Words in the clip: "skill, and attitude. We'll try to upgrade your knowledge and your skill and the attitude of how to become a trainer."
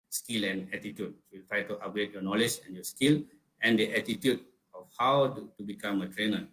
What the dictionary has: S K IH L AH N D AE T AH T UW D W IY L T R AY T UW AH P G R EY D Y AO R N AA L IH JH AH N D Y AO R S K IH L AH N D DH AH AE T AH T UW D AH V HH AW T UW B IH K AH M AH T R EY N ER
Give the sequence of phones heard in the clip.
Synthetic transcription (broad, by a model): S K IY L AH N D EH T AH T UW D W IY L T R AY T UW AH G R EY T Y AO N AA L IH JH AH N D Y AO S K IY L AH N D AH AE T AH T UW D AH F HH AW T UW B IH K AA M AH T R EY N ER